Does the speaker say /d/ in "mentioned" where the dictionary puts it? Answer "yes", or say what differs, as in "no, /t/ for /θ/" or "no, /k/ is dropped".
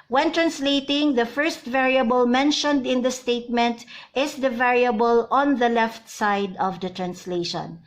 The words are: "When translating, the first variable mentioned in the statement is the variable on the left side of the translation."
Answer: yes